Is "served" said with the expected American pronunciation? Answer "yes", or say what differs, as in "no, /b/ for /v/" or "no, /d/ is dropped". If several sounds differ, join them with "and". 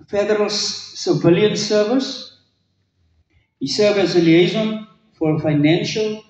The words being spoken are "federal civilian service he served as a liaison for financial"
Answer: no, /d/ is dropped